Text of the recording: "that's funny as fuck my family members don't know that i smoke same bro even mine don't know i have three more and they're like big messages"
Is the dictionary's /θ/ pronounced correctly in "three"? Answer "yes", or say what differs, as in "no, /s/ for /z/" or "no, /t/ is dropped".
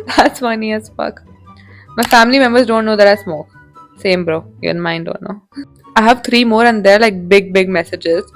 no, /t/ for /θ/